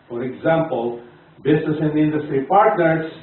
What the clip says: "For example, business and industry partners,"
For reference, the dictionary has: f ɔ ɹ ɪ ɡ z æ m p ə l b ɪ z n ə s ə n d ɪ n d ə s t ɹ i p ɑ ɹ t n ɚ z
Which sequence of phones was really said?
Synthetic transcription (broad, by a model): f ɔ ɹ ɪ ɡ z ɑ m p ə l b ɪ s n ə s ə n d ɪ n d ə s t ɹ i p ɑ ɹ t n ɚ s